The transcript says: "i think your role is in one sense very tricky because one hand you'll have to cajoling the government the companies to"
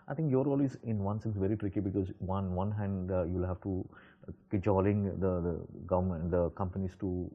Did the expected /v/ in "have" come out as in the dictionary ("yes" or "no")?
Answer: no